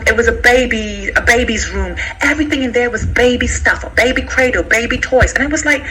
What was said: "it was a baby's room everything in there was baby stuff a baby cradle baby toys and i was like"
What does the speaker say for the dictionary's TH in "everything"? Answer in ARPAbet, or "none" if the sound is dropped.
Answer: TH